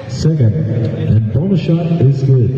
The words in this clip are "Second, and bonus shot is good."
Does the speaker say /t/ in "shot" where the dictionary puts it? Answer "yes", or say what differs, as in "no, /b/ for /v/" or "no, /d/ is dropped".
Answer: no, /t/ is dropped